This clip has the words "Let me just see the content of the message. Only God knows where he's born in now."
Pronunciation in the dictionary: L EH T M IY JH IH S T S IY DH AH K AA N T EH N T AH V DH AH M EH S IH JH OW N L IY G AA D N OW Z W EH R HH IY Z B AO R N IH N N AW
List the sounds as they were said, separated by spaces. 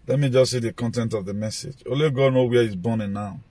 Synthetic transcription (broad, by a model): L EH T M IY JH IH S S IY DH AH K AA N T EH N T AH V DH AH M EH S IH JH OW L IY G AA D N OW W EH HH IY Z B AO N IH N N AW